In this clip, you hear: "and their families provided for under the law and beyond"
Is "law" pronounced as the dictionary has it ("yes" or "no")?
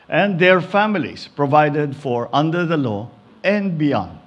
yes